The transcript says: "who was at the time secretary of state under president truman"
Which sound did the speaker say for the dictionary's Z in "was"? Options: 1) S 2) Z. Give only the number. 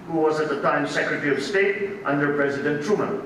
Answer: 2